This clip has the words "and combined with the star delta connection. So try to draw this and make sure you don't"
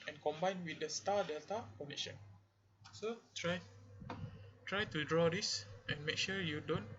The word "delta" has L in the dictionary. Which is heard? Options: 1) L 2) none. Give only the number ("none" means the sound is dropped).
1